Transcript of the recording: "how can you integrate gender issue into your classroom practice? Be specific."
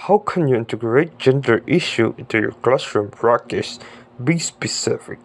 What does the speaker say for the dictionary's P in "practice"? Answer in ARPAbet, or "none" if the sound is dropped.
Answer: B